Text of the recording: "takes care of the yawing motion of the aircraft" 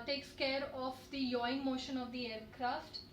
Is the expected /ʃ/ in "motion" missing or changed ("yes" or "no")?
no